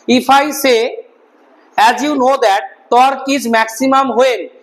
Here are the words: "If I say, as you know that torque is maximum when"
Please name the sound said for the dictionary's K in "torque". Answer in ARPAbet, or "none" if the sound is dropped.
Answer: K